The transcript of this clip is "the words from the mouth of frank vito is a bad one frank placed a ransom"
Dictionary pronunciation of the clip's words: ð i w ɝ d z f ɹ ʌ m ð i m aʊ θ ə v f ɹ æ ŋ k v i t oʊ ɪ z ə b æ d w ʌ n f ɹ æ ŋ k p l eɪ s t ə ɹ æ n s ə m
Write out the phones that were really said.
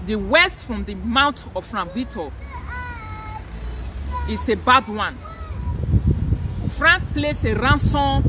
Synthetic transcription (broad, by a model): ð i w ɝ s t f ɹ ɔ m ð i m aʊ t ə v f ɹ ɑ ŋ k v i t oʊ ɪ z ə b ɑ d w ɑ n f ɹ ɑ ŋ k p l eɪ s ə ɹ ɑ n s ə